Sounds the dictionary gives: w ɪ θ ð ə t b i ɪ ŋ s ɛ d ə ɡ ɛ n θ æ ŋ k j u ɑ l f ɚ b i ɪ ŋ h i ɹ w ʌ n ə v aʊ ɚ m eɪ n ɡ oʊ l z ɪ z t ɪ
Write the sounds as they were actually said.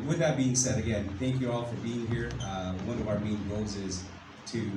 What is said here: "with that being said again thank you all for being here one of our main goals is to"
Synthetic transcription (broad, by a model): w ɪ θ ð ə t b i ɪ ŋ s ɛ d ə ɡ ɛ n θ æ ŋ k j u ɑ l f ɚ b i ɪ ŋ h i ɹ w ʌ n ə v aʊ ɚ m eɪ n ɡ oʊ l z ɪ z t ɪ